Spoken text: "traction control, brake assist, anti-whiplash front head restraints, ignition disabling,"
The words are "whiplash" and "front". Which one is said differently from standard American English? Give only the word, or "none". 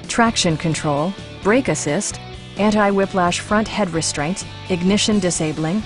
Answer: none